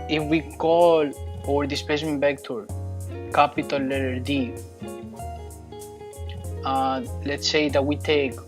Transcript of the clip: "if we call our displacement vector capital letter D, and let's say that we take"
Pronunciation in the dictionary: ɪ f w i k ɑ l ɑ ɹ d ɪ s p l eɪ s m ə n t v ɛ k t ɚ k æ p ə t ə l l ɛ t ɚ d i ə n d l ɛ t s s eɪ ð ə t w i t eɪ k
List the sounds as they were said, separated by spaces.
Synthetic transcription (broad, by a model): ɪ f w i k ɑ l ɑ ɹ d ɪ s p eɪ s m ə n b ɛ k t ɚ k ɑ p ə t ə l l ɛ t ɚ d i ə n l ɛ t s s eɪ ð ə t w i t eɪ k